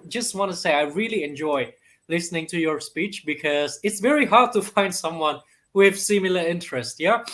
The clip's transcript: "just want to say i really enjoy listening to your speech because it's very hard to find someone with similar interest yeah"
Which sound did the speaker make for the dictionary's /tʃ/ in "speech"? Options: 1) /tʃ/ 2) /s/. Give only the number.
1